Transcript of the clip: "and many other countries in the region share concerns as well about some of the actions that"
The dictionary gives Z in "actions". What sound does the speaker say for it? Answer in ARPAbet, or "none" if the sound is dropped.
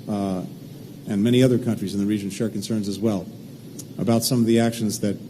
Z